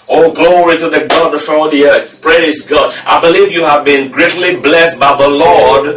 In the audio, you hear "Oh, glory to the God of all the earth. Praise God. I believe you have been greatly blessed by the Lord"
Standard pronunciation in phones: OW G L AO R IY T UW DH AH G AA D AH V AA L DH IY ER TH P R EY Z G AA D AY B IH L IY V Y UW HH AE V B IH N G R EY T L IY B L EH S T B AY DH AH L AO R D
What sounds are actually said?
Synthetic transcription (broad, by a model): OW G L AO R IY T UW DH AH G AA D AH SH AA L DH IY ER TH P R EY Z G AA D AY B IH L IY V Y UW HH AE V B IH N G R EY T L IY B L EH S T B AY DH AH L AO R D